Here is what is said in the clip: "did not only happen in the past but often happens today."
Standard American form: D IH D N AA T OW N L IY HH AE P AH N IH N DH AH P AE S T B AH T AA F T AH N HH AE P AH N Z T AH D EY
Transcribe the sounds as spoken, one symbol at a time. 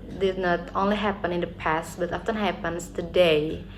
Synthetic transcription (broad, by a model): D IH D N AA T OW N L IY HH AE P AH N IH N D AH P AE S T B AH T AA F T AH N HH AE P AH N S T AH D EY